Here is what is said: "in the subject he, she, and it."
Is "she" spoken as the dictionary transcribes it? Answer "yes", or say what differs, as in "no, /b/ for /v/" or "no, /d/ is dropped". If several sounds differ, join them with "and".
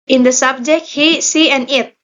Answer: no, /s/ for /ʃ/